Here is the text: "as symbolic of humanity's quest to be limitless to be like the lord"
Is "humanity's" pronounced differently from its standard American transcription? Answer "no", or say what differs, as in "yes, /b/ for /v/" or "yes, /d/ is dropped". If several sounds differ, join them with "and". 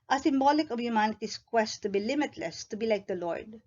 yes, /s/ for /z/